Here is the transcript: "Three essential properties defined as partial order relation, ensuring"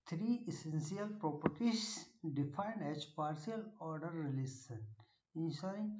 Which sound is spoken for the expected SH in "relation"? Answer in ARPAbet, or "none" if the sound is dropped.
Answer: S